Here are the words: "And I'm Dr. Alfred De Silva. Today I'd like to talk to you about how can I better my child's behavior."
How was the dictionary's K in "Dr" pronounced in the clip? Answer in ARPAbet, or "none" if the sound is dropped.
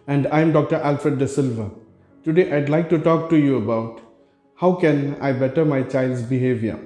K